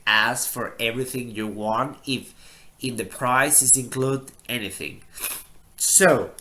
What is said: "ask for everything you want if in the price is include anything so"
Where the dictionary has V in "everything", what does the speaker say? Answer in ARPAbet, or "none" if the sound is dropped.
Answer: V